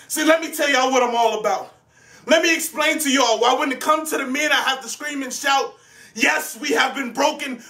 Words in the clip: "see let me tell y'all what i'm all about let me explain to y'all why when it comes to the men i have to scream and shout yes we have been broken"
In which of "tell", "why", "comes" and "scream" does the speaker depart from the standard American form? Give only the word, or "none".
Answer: comes